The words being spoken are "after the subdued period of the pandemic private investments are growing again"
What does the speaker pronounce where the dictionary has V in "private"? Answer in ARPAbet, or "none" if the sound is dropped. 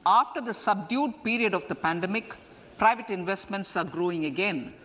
V